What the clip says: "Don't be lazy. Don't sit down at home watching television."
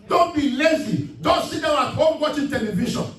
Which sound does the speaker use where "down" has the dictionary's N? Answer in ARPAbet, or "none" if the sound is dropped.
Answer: none